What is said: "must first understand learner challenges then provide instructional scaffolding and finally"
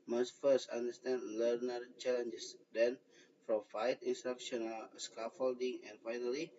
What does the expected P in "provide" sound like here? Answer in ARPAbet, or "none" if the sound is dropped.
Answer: F